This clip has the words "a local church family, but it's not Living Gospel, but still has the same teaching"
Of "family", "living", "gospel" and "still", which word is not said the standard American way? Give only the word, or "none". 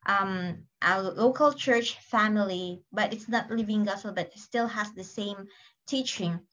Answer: gospel